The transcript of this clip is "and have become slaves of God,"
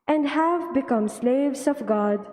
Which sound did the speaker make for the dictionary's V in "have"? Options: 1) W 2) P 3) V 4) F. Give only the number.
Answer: 3